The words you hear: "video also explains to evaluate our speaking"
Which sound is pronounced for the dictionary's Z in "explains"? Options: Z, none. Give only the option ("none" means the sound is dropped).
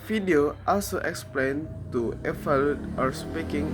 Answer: none